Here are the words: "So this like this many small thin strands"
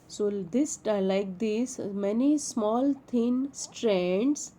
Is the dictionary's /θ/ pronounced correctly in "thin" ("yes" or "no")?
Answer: no